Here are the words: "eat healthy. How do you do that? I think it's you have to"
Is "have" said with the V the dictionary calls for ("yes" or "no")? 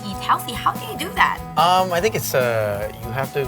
no